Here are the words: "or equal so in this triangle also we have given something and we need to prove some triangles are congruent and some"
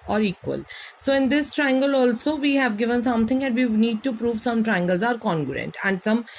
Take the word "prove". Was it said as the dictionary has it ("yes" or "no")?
yes